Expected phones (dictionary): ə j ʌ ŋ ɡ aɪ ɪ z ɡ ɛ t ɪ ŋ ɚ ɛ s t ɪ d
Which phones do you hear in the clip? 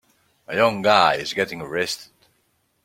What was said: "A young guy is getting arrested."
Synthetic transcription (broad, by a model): ə j ʌ ŋ ɡ aɪ ɪ z ɡ ɛ t ɪ ŋ ɚ ɛ s t ɪ d